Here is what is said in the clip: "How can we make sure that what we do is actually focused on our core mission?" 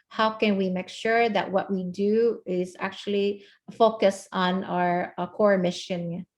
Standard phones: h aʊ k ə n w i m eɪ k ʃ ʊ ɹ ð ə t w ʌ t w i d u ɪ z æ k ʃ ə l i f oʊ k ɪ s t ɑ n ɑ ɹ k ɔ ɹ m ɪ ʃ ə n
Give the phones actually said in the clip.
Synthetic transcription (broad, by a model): h aʊ k ə n w i m eɪ k ʃ ʊ ɹ ð ə t w ʌ t w i d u ɪ z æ k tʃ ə l i f oʊ k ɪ s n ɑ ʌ ɹ k ɔ ɹ m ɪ ʃ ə n